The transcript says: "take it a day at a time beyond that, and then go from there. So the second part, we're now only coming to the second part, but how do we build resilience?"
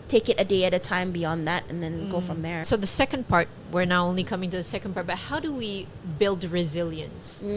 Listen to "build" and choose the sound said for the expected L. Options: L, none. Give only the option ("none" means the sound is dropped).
L